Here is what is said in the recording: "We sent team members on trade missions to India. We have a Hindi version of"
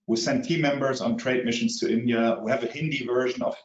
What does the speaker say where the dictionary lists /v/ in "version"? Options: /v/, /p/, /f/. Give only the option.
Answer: /v/